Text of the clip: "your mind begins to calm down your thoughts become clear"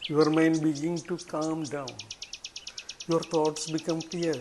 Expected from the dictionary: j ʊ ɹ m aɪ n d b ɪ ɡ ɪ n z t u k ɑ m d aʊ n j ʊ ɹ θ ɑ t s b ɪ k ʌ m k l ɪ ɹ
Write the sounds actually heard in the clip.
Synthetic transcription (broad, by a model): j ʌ ɹ m aɪ n d b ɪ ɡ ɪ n t u k ɑ m d aʊ n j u ɹ t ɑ t s b ɪ k ʌ m k l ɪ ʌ